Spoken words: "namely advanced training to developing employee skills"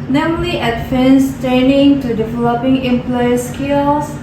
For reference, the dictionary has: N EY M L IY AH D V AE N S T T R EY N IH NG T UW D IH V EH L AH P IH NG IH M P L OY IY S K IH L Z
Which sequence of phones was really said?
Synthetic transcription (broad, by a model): N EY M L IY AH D F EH N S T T EY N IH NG T UW D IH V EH L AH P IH NG IH M P L OY IY S K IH L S